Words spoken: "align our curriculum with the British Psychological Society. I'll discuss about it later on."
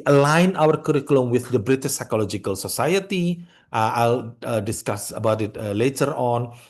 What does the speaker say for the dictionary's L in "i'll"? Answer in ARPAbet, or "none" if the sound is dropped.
L